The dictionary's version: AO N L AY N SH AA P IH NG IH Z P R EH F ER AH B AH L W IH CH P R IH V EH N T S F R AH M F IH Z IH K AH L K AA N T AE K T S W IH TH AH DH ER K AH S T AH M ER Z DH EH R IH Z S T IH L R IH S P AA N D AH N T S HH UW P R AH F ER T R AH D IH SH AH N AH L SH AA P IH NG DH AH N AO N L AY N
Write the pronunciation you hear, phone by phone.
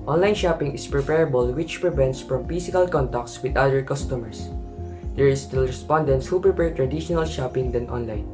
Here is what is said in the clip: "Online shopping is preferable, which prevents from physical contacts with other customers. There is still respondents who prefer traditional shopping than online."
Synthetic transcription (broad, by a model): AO N L AY N SH AA P IH NG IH S P R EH P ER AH B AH L W IH CH P R IH V EH N T S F R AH M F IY S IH K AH L K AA N T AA K T S W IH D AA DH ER K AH S T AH M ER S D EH R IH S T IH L R IH S P AA N D AH N T S HH UW P R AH P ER T R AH D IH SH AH N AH L SH AA P IH NG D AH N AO N L AY N